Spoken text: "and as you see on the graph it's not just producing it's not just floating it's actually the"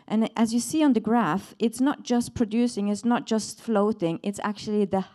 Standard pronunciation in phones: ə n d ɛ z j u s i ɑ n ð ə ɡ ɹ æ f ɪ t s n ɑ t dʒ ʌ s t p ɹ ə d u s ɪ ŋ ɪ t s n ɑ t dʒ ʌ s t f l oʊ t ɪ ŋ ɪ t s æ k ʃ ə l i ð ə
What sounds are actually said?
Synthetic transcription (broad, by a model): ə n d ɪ z j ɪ s i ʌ n ð ə ɡ ɹ æ f ɪ t s n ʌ t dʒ ʌ s p ɹ ə d u s ɪ ŋ ɪ t s n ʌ t dʒ ʌ s t f l oʊ t ɪ ŋ ɪ t s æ k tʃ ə l i ð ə